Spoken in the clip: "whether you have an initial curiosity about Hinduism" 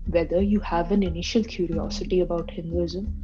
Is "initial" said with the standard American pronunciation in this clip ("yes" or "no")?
yes